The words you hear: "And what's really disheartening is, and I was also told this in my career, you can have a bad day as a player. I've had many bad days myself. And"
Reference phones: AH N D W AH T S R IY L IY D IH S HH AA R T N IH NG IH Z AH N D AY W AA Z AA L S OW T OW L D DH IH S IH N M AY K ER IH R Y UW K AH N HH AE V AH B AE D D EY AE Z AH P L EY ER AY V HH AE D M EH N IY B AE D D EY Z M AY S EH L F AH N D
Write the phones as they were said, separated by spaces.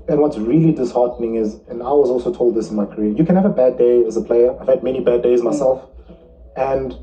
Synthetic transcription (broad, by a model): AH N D W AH T S R IY L IY D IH S HH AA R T N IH NG IH Z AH N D AY W AA Z AA L S OW T OW L D DH IH S IH N M AY K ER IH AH Y UW K AH N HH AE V AH B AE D D EY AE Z AH P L EY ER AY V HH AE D M EH N IY B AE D D EY Z M AY S EH L F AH N D